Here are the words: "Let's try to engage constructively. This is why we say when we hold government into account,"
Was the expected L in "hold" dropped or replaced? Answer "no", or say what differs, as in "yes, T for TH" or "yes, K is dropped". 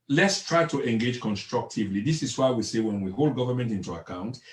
no